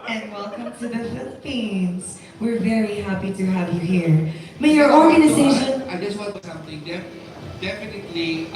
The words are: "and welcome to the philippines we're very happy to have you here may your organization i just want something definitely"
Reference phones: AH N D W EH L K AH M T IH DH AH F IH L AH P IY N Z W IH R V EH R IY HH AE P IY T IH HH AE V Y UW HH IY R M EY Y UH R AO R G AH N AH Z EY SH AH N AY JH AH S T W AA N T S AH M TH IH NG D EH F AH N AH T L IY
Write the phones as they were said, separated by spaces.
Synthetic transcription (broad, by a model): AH N W EH L K AH M T IH DH AH F IH L AH P IY N Z W IH R V EH R IY HH AE P IY T IH HH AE V Y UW HH IY R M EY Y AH R AO R G AH N AH Z EY SH AH N AY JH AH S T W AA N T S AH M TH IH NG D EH F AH N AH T L IY